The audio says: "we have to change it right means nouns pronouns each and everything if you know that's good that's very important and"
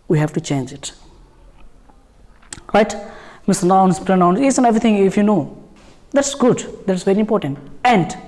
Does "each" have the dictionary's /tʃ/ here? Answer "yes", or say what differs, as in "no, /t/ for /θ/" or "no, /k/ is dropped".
no, /s/ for /tʃ/